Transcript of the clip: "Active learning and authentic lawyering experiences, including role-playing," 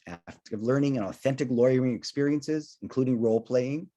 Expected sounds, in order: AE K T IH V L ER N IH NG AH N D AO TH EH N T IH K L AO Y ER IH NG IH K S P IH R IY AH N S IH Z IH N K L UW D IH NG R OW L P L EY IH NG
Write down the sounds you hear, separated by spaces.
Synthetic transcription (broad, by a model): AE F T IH V L ER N IH NG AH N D AO TH EH N T IH K L AO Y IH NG IH K S P IH R IY AH N S IH Z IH N K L UW D IH NG R OW L P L EY IH NG